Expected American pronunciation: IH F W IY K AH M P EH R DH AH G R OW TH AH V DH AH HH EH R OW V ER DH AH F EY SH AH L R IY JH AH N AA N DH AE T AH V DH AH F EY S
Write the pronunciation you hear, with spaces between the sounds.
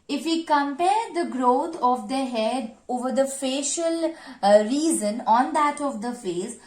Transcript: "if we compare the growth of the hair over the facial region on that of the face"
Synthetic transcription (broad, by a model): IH F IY K AH M P EH R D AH G R OW T AH V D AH HH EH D OW V ER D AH F EY SH AH L R IY Z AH N AA N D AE T AH V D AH F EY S